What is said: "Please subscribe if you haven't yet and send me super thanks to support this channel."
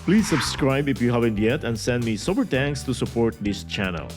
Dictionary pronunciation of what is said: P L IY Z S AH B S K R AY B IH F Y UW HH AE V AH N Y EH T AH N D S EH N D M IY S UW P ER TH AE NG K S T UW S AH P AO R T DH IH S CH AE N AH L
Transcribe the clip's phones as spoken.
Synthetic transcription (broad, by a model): P L IY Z S AH B S K R AY B IH F Y UW HH AE V AH N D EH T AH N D S EH N D M IY S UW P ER T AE NG K S T UW S AH P AO R T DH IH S CH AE N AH L